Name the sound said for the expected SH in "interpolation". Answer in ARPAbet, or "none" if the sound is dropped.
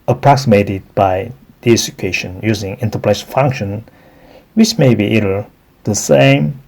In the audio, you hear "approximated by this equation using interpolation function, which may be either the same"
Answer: none